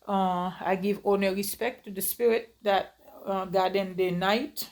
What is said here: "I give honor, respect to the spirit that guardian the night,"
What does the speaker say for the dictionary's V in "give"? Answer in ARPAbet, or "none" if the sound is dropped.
V